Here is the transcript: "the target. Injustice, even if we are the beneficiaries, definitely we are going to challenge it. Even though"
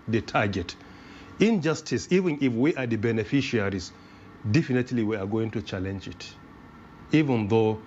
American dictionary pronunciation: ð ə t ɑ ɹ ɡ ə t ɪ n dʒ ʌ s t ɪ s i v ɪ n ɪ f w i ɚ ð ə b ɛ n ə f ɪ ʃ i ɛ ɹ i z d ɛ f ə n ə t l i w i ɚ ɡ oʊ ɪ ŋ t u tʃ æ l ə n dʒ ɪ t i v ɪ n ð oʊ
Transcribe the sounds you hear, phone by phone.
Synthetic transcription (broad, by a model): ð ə t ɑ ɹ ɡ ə t ɪ n dʒ ʌ s t ɪ s i v ɪ n ɪ f w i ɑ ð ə b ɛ n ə f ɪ ʃ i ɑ ɹ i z d ɛ f ə n ə t l i w i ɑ ɡ oʊ ɪ ŋ t u tʃ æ l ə n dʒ ɪ t i v ɪ n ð oʊ